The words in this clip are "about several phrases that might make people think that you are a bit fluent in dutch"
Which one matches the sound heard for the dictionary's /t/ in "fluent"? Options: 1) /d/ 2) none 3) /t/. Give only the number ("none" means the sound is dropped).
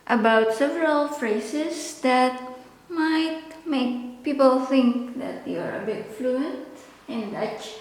3